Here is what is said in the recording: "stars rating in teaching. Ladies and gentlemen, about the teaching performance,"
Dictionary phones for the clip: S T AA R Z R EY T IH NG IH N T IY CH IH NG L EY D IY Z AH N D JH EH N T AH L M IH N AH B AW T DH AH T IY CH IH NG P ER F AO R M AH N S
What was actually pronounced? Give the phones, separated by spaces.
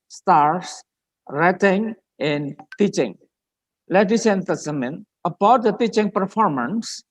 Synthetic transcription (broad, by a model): S T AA R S R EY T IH NG IH N T IY CH IH NG L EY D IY S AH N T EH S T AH M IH N AH B AW T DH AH T IY CH IH NG P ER F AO R M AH N S